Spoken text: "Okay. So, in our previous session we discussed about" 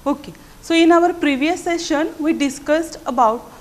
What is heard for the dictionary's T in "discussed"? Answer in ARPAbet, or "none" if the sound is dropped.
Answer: T